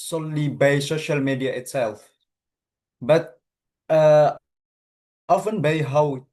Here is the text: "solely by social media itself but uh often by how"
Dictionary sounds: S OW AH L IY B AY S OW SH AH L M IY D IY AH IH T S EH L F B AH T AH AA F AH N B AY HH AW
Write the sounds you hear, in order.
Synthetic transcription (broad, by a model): S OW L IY B AY S OW SH AH L M IY D IY AH IH T S EH L F B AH T AH AA F AH N B AY HH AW